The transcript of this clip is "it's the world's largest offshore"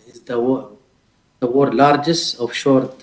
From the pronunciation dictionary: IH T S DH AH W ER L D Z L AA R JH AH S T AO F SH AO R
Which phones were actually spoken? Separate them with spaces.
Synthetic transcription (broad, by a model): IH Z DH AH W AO D L AA R JH AH S T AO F SH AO R